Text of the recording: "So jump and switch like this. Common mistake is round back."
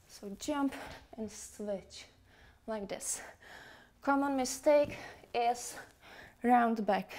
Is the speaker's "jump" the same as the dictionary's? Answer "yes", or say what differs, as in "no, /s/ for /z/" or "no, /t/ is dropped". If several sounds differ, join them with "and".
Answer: yes